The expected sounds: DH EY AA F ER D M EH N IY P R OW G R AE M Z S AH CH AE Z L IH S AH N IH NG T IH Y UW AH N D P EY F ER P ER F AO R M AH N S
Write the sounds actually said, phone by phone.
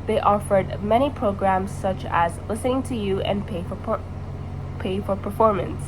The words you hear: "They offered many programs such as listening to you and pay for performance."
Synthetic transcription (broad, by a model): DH EY AA F ER D M EH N IY P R OW G R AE M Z S AH CH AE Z L IH S AH N IH NG T IH Y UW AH N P P EY F ER P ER F AO R M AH N S